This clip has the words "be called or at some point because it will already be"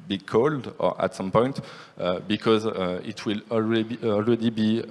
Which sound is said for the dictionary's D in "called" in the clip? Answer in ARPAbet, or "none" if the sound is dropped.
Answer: D